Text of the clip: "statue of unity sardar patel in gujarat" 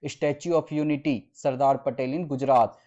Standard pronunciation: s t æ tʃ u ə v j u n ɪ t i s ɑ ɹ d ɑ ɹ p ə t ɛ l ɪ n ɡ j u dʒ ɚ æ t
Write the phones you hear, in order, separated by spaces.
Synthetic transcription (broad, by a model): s t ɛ tʃ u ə p j u n ɪ t i s ɑ ɹ d ɑ ɹ p ə t ɛ l ɪ n ɡ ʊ dʒ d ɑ t